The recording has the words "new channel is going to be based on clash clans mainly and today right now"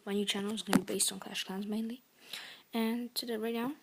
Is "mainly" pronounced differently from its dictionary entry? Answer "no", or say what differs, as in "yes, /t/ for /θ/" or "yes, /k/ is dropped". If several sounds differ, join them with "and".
no